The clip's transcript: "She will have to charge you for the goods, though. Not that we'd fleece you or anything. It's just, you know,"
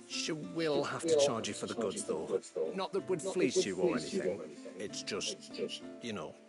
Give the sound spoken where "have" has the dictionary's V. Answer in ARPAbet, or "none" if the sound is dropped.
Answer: F